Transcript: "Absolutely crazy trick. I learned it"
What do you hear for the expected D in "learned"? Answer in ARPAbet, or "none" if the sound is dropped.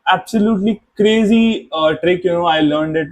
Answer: D